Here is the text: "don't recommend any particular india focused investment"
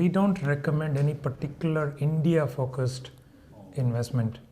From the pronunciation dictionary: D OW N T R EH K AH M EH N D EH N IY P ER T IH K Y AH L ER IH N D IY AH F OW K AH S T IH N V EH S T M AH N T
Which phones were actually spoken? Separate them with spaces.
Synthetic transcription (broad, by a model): D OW N T R EH K AH M EH N D EH N IY P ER T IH K Y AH L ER IH N D IY AH F OW K AH S T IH N V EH S T M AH N T